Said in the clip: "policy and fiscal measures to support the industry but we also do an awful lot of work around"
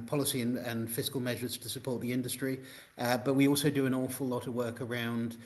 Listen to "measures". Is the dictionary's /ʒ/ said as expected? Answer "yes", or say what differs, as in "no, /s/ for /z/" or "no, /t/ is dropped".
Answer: yes